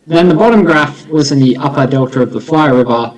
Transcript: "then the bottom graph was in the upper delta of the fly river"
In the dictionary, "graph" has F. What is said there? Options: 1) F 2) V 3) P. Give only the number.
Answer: 1